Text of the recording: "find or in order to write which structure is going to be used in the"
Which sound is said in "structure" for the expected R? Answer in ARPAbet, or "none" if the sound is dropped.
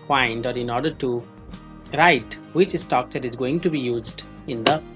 none